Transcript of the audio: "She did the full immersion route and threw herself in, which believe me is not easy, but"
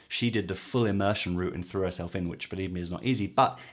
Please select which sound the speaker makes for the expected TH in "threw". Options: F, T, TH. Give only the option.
TH